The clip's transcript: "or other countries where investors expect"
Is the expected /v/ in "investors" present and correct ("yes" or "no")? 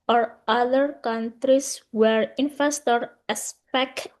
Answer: no